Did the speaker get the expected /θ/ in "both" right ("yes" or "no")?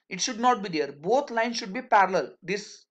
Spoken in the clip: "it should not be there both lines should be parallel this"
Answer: no